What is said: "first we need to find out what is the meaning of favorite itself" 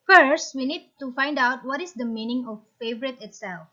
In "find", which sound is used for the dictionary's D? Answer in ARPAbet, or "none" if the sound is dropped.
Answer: D